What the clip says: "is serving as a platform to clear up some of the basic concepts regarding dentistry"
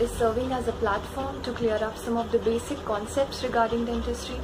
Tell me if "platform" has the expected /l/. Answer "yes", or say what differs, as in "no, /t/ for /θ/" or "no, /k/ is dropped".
yes